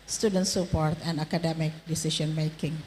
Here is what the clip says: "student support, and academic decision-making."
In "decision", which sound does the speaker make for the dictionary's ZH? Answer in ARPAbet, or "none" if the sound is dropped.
SH